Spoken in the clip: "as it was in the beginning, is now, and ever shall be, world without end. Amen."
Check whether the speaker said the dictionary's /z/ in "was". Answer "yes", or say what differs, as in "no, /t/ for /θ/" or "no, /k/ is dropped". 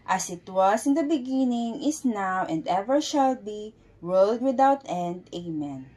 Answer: no, /s/ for /z/